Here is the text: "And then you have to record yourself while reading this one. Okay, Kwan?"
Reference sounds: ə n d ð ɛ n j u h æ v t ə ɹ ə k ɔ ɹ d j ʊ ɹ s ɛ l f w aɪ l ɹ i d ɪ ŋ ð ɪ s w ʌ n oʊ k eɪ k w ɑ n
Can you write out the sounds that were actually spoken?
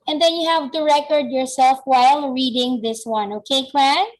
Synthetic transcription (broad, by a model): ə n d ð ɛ n j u h æ v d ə ɹ ə k ɔ ɹ d j ʊ ɹ s ɛ l f w aɪ l ɹ i d ɪ ŋ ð ɪ s w ʌ n oʊ k eɪ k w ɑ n